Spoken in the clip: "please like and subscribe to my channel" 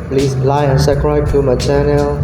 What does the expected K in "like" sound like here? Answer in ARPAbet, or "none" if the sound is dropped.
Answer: none